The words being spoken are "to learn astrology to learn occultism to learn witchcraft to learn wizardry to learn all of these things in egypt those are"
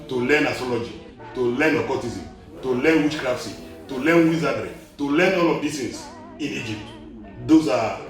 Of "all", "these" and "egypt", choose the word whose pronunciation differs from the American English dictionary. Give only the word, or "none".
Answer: these